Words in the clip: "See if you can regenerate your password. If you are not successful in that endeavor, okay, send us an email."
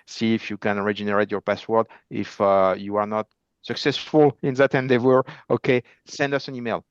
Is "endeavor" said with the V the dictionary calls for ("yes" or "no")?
no